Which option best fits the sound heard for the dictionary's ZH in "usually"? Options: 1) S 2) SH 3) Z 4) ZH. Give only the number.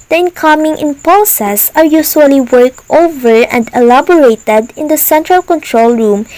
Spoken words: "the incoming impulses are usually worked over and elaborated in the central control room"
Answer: 1